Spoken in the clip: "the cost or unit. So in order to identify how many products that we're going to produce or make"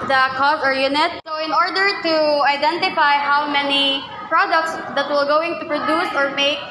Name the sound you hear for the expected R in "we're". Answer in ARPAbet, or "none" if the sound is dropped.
L